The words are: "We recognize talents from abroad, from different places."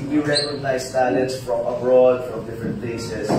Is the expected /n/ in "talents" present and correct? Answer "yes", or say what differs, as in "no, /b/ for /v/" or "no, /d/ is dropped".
no, /n/ is dropped